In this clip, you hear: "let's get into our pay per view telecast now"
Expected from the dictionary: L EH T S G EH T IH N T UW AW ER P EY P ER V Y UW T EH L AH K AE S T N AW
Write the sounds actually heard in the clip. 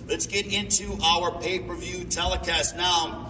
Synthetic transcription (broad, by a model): L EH T S G EH T IH N T UW AW ER P EY P ER V Y UW T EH L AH K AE S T N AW